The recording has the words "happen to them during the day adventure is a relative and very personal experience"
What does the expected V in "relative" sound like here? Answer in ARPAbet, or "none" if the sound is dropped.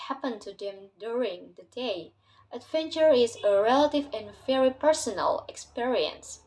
V